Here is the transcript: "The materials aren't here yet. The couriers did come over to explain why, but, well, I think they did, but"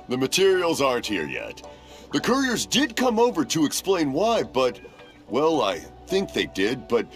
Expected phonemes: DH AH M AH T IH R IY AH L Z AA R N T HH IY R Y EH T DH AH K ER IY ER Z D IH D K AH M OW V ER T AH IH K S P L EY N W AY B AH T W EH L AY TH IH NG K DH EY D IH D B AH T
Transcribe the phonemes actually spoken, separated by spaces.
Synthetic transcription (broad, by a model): DH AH M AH T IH R IY L Z AA R N T HH IY R Y EH T DH AH K ER IY ER Z D IH D K AH M OW V ER T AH IH K S P L EY N W AY B AH T W EH L AY TH IH NG K DH EY D IH D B AH T